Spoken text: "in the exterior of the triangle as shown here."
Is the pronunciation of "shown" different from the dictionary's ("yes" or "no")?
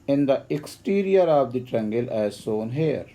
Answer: yes